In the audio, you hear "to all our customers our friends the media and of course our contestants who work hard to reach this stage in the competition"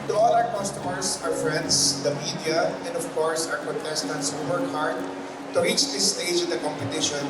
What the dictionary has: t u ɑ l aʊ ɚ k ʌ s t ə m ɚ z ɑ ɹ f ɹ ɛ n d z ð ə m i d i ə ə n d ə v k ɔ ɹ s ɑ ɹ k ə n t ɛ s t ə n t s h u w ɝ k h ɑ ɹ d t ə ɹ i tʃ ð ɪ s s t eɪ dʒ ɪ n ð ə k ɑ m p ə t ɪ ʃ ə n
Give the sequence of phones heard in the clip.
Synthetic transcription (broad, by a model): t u ɑ l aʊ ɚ k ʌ s t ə m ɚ s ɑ ɹ f ɹ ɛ n d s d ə m i d i ə ə n d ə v k ɔ ɹ s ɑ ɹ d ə t ɛ s t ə n t s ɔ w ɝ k h ɑ ɹ d t ə ɹ i tʃ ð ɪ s s t eɪ dʒ ɪ n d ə k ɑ m p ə t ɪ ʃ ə n